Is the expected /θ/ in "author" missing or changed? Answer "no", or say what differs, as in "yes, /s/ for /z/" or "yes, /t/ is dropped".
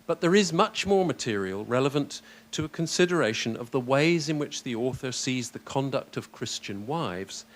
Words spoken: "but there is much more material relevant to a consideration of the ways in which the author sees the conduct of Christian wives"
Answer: no